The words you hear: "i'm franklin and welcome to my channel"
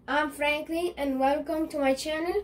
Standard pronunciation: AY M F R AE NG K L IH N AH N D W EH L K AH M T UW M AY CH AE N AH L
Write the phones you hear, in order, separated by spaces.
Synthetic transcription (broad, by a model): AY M F R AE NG K L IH AH N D W EH L K AH M T UW M AY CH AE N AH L